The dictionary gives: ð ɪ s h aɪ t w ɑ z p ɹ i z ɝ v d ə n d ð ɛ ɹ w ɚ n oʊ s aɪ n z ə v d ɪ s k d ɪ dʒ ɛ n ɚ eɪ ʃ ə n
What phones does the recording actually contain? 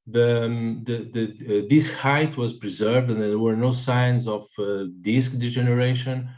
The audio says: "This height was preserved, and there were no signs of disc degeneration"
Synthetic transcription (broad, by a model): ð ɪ s h aɪ t w ɑ z p ɹ i z ɝ v d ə n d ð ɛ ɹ w ɚ n oʊ s aɪ n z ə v d ɪ s k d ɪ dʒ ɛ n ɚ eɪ ʃ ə n